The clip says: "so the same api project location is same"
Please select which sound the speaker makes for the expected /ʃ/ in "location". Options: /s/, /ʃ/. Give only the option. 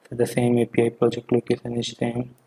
/s/